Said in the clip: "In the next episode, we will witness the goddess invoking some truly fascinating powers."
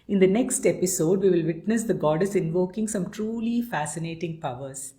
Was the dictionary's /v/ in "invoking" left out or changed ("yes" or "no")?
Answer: no